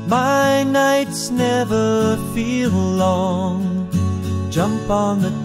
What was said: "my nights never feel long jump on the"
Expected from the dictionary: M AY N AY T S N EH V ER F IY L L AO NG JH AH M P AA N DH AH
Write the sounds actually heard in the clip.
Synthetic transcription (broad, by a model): M AY N AY T S N EH V ER F IY L L AO NG JH AH M P N DH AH